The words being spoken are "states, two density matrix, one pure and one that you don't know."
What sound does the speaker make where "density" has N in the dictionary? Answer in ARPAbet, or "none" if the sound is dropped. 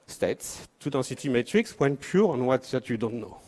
none